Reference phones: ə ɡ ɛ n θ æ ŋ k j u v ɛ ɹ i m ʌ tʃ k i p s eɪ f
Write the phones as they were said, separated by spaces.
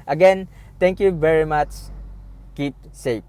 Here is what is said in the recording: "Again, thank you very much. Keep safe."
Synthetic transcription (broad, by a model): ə ɡ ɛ n t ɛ ŋ k j u v ɛ ɹ i m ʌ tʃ k i p s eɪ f